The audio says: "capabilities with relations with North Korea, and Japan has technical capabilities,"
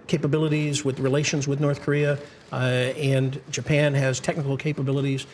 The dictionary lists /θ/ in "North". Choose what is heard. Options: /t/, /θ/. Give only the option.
/θ/